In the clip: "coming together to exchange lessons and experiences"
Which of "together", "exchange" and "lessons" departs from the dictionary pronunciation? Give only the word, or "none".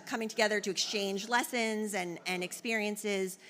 none